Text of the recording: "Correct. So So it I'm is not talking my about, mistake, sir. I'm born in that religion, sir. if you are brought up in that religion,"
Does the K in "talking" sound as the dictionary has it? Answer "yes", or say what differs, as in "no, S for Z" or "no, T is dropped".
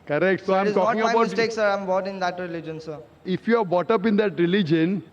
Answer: no, K is dropped